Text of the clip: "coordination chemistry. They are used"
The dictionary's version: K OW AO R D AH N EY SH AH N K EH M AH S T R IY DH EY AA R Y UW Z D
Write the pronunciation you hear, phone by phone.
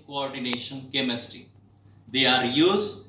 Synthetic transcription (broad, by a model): K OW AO R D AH N EY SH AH N K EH M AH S T IY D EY AA R Y UW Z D